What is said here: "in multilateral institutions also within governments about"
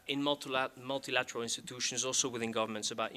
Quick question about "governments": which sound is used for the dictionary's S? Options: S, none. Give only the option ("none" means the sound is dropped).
S